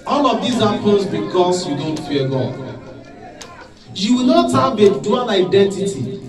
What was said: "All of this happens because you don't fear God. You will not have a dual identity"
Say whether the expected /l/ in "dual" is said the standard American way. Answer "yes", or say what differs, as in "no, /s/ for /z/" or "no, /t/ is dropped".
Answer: no, /n/ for /l/